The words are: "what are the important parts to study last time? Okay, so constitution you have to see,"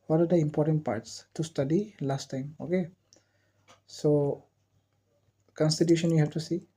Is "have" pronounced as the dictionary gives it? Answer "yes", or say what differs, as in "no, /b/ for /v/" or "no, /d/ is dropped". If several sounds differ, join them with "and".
no, /f/ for /v/